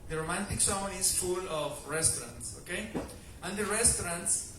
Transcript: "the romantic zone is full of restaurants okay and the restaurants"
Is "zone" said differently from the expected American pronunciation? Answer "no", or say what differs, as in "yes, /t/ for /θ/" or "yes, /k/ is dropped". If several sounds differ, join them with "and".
yes, /s/ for /z/